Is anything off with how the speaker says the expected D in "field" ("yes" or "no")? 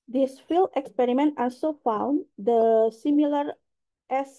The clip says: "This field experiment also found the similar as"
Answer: yes